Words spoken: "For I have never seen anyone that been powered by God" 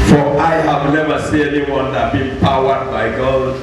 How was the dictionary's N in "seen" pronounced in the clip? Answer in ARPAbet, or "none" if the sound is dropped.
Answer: none